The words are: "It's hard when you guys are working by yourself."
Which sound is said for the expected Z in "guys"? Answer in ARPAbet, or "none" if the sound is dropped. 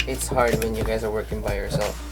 Z